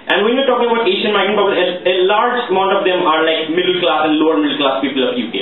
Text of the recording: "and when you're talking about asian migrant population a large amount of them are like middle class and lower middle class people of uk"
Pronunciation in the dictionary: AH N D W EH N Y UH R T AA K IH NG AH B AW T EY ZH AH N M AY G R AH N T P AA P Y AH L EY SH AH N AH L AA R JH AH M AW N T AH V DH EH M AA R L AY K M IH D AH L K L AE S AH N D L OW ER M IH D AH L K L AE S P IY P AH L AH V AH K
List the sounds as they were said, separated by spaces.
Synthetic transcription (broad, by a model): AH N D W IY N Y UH T AA K IH NG AH B AW T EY SH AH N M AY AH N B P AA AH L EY AH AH L AA R JH AH M AW N T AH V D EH M AA R L AY K M IH D AH L K L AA S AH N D L OW ER M IH D AH L K L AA S P IY P AH L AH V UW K